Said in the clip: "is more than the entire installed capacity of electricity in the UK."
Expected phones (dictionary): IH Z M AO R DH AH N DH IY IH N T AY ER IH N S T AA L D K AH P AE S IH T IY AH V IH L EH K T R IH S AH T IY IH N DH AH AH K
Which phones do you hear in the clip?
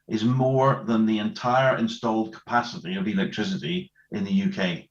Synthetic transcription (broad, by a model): IH Z M AO R DH AH N DH IY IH N T AY ER IH N S T AA L D K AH P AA S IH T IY AH V IH L EH K T R IH S AH T IY IH N DH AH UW K